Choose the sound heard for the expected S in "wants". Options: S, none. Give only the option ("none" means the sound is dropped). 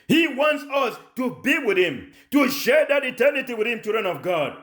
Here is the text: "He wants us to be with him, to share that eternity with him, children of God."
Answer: S